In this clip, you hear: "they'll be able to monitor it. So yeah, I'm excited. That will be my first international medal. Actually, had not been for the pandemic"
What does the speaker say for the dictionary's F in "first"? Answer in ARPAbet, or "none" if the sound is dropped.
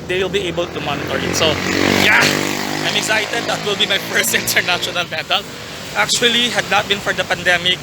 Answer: P